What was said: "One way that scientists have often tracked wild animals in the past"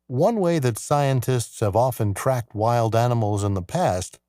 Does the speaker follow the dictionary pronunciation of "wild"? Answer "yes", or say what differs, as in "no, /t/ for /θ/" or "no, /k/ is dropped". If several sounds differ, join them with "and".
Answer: yes